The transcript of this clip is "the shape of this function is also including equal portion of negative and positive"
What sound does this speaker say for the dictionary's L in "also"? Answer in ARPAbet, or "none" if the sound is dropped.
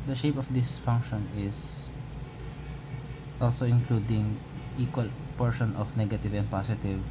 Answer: L